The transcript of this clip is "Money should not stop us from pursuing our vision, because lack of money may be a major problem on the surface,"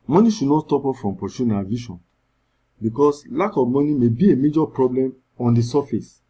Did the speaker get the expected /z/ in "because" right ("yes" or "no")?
no